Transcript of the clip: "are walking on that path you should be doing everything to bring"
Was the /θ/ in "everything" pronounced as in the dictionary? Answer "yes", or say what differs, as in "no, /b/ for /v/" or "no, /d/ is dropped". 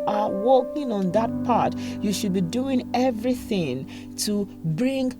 yes